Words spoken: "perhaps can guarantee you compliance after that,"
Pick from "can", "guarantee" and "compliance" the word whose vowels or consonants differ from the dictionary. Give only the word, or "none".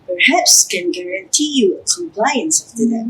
none